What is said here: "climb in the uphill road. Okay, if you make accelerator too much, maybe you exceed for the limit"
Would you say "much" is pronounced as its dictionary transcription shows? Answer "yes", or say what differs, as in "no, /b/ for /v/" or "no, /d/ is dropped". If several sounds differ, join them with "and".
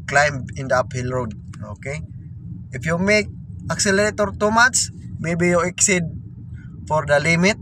no, /s/ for /tʃ/